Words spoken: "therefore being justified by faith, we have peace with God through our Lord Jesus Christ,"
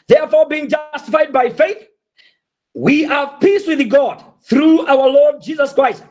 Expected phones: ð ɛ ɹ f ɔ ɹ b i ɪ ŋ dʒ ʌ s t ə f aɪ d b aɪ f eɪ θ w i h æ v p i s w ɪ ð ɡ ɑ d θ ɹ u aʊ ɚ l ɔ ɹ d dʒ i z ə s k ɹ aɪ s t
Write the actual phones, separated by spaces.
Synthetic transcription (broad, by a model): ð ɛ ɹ f ɔ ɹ b i ɪ ŋ dʒ ʌ s t ə f aɪ d b aɪ f eɪ θ w i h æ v p i s w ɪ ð ɡ ɑ d θ ɹ u aʊ ɚ l ɔ ɹ d dʒ i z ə s k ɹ aɪ s t